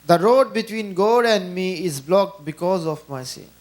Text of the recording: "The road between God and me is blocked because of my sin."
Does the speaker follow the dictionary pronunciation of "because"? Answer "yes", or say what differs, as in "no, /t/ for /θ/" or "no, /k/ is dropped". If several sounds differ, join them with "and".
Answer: yes